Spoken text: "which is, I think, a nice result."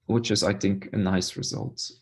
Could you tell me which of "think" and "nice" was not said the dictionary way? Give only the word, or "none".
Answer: none